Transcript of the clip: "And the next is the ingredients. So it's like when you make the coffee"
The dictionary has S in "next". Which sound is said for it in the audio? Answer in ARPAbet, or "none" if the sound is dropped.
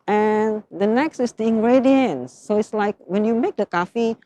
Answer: S